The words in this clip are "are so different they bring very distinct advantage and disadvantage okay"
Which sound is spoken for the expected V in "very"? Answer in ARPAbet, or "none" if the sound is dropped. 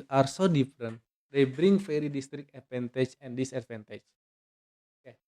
F